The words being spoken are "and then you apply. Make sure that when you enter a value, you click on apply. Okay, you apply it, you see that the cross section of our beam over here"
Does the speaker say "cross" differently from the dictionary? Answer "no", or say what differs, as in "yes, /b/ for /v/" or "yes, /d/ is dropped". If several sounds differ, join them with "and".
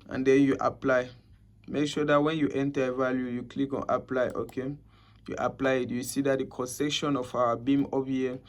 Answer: yes, /ɹ/ is dropped